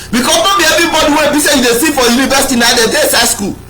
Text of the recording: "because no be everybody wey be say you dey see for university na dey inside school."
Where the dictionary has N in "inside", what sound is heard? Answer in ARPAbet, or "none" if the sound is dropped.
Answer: none